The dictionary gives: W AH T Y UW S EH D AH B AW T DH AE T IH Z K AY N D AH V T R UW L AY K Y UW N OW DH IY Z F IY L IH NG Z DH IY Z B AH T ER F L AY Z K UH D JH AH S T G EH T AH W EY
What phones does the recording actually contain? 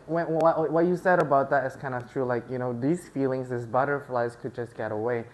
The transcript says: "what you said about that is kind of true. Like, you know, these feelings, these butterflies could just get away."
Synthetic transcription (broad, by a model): W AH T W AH S EH D AH B AW T DH AE T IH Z K AY N D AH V T R UW L AY K Y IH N OW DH IY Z F IY L IH NG Z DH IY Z B AH T ER F L AY Z K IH D JH AH S G EH T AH W EY